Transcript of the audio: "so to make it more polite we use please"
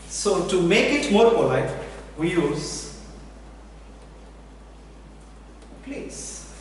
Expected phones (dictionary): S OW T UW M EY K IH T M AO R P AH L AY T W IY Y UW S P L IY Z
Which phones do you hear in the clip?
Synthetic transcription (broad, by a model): S OW T UW M EY K IH T M AO R F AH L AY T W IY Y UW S P L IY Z